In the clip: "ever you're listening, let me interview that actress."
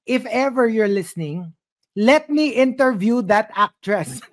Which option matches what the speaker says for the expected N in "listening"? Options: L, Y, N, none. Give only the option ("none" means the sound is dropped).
N